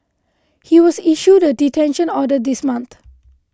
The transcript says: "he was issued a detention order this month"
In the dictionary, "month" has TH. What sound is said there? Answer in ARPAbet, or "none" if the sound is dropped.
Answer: T